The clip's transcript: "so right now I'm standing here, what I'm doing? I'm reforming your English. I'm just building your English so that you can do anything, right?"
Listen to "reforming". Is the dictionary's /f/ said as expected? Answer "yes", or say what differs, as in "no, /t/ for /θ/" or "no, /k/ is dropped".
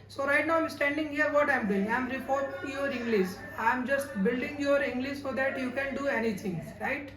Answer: no, /p/ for /f/